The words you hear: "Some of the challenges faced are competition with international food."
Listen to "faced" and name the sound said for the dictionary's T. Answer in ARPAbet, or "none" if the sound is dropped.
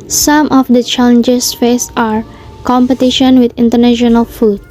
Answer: none